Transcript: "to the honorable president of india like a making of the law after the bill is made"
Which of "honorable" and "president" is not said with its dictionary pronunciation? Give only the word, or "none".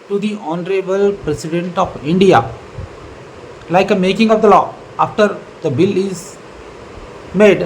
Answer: president